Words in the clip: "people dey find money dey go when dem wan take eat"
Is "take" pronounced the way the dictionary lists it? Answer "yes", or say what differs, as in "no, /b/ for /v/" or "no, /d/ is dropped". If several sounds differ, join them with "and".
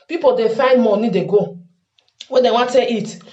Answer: no, /k/ is dropped